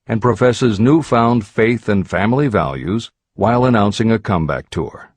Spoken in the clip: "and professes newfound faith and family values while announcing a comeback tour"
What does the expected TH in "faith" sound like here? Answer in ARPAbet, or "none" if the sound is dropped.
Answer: TH